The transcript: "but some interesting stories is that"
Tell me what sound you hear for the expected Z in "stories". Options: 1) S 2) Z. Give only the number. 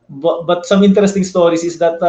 1